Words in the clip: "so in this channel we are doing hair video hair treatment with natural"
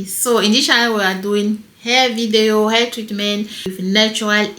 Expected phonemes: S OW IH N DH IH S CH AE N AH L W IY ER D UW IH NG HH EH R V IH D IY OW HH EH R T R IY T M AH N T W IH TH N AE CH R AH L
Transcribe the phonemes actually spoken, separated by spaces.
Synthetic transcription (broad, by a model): S OW IH N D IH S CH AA AH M W IY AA D UW IH NG HH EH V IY D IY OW HH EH T R IY T M AH N T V N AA CH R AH L